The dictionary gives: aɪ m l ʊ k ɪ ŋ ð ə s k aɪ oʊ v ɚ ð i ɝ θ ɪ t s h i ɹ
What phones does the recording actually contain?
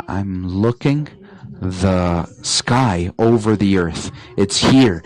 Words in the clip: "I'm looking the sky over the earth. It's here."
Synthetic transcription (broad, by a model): aɪ m l ʊ k ɪ ŋ ð ə s k aɪ oʊ v ɚ ð i ɝ θ ɪ t s h i ɹ